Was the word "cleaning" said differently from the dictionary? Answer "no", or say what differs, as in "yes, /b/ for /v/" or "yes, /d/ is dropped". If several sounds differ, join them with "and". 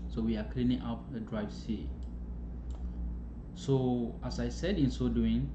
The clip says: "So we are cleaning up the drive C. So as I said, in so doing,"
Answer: no